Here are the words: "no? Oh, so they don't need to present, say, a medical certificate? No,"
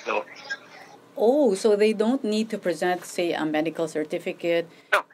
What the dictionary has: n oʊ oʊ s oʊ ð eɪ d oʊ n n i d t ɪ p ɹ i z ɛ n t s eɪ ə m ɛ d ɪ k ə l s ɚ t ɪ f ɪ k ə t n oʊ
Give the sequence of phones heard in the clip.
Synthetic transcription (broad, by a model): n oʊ oʊ s oʊ ð eɪ d oʊ n n i d t ɪ p ɹ i z ɛ n t s eɪ ə m ɛ d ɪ k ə l s ɚ t ɪ f ɪ k ə t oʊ